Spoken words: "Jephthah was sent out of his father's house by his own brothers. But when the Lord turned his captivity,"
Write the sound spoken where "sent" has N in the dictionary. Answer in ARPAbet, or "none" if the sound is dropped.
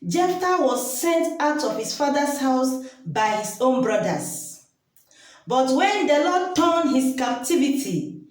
N